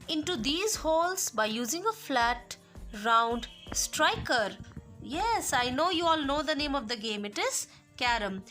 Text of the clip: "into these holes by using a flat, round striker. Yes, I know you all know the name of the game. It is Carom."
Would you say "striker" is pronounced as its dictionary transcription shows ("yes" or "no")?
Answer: yes